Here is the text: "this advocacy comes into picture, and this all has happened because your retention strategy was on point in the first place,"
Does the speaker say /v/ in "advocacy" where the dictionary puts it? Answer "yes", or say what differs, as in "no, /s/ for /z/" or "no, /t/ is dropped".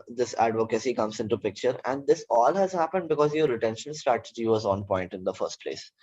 yes